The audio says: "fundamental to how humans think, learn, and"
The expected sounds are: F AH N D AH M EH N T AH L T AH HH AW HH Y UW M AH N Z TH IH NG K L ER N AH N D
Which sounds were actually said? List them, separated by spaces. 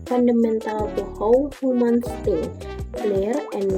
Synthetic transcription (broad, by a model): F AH N D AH M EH N T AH L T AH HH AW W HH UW M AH N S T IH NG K L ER AH N